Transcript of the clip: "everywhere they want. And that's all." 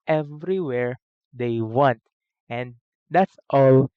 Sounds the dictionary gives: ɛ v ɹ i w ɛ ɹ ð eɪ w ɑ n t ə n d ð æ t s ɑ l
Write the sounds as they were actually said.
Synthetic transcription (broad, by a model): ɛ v ɹ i w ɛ ɹ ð eɪ w ɑ n t ə n d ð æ t s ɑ l